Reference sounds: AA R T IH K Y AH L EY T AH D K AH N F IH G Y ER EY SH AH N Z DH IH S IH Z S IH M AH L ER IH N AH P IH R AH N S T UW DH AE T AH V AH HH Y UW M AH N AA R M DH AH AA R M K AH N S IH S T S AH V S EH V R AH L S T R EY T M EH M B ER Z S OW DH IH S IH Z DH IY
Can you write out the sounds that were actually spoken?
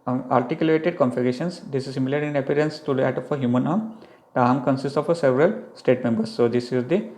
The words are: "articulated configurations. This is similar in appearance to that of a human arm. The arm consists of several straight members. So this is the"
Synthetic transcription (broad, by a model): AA R T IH K Y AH L EY T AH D K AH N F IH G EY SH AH N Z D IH S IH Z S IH M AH L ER IH N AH P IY R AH N S T UW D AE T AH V AH HH Y UW M AH N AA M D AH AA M K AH N S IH S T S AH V S EH V R AH L S T EY T M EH M B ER S OW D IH S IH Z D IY